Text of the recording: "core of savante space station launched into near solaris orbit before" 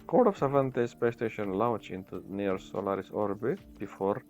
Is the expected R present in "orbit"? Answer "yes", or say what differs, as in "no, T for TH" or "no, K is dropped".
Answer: yes